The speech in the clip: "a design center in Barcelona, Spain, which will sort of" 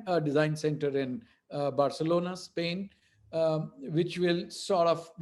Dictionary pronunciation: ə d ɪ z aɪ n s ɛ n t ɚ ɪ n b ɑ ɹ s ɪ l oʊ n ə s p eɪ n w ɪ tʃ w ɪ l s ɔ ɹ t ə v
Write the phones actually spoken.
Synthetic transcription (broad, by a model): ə d ɪ z aɪ n s ɛ n t ɚ ɪ n b ɑ ɹ s ɪ l oʊ n ə s p eɪ n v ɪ tʃ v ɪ l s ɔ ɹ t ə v